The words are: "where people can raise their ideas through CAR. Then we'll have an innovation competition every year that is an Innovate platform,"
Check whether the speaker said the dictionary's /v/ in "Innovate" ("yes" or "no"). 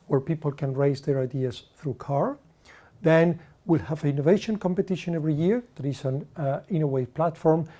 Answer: no